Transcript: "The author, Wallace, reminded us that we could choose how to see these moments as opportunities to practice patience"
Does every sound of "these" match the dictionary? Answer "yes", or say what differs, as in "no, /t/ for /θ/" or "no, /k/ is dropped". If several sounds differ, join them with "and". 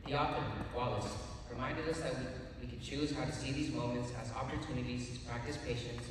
yes